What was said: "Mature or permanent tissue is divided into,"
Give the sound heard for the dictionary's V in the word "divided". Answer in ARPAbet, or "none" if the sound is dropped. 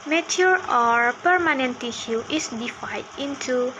F